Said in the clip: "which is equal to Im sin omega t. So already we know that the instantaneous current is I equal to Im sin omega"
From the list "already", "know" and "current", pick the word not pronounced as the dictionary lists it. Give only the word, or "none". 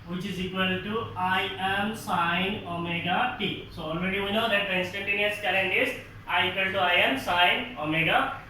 current